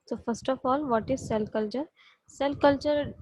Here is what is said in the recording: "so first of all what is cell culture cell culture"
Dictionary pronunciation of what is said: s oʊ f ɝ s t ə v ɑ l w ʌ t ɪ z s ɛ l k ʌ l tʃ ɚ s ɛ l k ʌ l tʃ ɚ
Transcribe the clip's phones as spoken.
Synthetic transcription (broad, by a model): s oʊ f ɝ s t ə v ɑ l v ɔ t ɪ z s ɛ l k ʌ l tʃ ɚ s ɛ l k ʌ l tʃ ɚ